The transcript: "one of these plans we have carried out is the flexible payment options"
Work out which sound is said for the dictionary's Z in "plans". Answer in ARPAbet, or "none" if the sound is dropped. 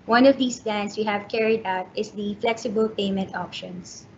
S